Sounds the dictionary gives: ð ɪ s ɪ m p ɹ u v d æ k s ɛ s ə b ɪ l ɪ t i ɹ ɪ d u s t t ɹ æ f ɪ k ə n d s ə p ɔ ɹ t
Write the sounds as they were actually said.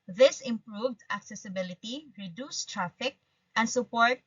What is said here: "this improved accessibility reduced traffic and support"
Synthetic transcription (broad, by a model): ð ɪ s ɪ m p ɹ u v d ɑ k s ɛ s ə b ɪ l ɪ t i ɹ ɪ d u s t t ɹ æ f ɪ k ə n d s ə p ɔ ɹ t